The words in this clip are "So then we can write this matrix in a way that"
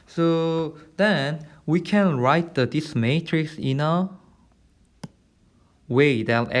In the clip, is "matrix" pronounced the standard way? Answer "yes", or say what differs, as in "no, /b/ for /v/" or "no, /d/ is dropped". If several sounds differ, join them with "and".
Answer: yes